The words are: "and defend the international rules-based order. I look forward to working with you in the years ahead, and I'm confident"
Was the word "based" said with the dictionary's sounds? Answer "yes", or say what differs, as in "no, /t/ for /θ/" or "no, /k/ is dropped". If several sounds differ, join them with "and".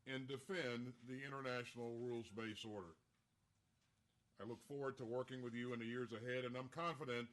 no, /t/ is dropped